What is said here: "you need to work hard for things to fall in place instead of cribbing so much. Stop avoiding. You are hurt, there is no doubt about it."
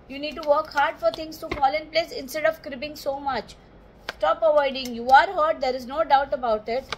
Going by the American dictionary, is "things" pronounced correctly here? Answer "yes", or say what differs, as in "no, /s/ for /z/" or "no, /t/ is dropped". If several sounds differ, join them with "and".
no, /t/ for /θ/